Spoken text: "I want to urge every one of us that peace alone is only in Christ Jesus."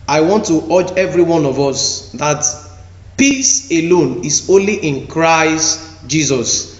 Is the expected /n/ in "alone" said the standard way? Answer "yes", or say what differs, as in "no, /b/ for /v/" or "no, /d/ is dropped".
yes